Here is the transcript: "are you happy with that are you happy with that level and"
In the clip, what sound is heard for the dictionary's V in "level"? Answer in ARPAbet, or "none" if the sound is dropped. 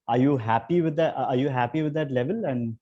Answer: V